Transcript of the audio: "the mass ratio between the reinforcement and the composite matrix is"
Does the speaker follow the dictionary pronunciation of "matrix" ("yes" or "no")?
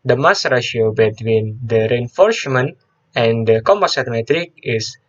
no